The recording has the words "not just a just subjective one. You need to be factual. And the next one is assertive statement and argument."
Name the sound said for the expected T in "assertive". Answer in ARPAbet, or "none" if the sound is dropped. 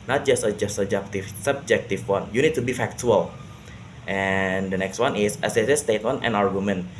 S